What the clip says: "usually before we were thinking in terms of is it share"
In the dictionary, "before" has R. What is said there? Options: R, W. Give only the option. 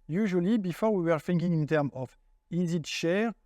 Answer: R